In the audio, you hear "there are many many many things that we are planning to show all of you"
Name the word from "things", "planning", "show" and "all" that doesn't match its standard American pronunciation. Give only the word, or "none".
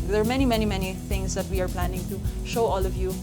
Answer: things